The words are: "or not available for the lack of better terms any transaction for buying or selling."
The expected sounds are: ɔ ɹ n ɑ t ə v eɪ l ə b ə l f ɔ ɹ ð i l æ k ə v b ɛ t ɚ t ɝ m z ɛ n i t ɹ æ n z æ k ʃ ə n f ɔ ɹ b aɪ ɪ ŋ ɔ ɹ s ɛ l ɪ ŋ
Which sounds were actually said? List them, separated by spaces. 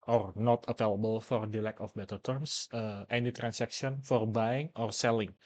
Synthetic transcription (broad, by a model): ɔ ɹ n ɑ t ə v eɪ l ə b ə l f ɔ ɹ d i l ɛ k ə f b ɛ t ɚ t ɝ m s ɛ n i t ɹ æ n s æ k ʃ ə n f ɔ ɹ b aɪ ɪ ŋ ɔ ɹ s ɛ l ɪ ŋ